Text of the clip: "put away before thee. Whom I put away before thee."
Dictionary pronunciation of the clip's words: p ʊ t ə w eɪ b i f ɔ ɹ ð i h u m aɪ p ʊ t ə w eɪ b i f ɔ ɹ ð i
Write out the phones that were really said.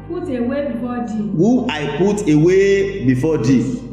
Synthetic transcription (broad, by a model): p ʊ t ə w eɪ b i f ɔ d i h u aɪ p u t ə w eɪ b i f ɔ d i